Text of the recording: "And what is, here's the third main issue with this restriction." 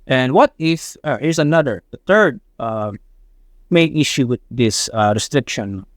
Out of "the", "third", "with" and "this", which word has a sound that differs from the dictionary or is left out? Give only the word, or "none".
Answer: none